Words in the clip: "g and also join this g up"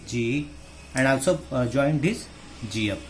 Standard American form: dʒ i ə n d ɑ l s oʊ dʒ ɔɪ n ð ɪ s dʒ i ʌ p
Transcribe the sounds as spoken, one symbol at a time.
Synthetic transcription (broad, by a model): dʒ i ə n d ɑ w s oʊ dʒ ɔɪ n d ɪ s dʒ i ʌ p